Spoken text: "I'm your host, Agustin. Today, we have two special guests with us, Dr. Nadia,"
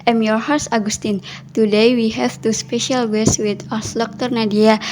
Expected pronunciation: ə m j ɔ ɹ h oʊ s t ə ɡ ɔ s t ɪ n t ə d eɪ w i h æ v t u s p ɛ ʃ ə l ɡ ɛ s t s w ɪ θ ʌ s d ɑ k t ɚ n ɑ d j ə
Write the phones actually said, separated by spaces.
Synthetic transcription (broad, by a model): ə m j ɔ ɹ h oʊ s ə ɡ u s t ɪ n t ə d eɪ w i h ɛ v t u s p ɛ ʃ ə l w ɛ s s w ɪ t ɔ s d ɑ k t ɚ n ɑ d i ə